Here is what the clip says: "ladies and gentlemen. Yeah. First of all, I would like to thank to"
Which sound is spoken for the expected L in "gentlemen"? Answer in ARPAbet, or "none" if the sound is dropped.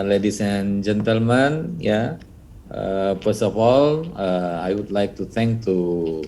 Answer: L